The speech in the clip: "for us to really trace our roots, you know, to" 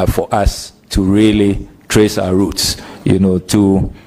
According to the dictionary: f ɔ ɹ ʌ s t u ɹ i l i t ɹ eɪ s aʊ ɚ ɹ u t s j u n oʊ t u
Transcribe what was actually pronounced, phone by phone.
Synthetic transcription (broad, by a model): f ɔ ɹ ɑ s t u ɹ i l i t ɹ eɪ s aʊ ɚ ɹ u t s j u n oʊ t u